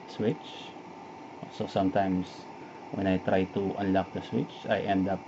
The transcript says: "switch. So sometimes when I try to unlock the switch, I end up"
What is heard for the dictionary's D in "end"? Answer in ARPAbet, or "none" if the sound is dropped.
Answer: D